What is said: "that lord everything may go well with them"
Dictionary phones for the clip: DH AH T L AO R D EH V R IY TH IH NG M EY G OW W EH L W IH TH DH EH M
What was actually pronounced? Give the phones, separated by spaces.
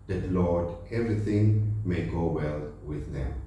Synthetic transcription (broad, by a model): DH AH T L AO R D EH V R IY T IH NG M EY G OW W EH L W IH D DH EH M